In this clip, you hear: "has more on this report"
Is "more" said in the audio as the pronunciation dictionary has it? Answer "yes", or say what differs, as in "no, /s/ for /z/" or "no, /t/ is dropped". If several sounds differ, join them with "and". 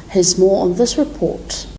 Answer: yes